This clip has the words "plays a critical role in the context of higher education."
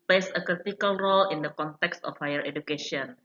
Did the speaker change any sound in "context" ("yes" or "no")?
no